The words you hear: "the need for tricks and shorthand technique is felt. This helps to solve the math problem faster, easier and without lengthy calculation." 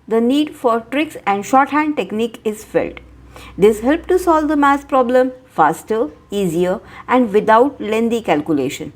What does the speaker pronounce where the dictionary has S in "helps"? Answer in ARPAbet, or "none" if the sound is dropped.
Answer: none